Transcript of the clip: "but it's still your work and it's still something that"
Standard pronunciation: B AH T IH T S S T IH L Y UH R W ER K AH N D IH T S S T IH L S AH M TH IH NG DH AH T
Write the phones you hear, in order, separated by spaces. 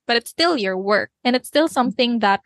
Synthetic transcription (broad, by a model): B AH T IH T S S T IH L Y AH R W ER K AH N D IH T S S T IH L S AH M TH IH NG DH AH T